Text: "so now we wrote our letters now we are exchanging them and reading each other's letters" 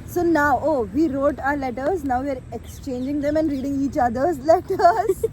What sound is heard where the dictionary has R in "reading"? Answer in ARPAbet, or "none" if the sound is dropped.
R